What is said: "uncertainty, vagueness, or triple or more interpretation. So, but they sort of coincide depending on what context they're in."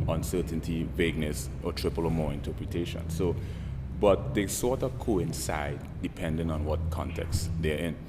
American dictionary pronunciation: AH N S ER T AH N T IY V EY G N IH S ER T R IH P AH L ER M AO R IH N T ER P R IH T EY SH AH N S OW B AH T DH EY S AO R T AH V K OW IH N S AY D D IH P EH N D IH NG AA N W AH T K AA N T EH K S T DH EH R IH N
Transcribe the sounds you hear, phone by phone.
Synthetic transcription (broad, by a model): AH N S ER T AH N T IY V EY G N IH S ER T R IH P AH L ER M AO R IH N T ER P R IH T EY SH AH N S OW B AH T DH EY S AO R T AH V K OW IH N S AY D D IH P EH N D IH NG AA N W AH T K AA N T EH K S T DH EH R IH N